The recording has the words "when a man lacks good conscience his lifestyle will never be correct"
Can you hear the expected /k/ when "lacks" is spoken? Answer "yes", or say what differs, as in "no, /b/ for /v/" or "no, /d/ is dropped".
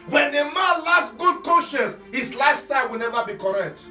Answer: no, /k/ is dropped